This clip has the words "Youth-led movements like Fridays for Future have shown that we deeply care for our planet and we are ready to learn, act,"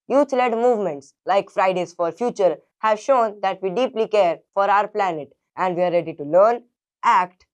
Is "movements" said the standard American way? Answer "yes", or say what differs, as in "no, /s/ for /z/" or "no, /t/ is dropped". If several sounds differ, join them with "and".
yes